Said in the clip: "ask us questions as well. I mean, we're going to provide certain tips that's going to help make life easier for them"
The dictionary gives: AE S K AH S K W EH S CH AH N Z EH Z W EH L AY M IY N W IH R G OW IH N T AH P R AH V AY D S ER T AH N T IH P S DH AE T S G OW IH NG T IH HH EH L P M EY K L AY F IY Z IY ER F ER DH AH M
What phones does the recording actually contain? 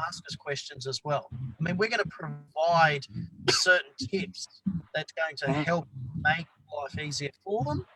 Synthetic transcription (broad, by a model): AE S K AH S K W EH S CH AH N Z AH Z W EH L AY M IY N W IH R G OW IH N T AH P R AH V AY D S ER T N T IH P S DH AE T S G OW IH NG T IH HH EH L P M EY K L AY F IY Z IY ER F ER DH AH M